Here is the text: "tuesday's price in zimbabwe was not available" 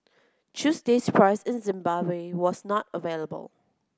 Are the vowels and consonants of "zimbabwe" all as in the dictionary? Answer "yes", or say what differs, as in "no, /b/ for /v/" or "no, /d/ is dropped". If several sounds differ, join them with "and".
yes